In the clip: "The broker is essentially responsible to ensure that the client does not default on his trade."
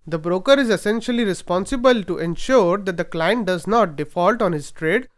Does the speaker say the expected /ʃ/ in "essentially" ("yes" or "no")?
yes